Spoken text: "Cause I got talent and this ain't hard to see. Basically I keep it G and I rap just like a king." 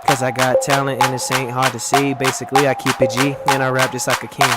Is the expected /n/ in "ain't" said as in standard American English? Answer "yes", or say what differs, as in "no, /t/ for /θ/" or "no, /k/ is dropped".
yes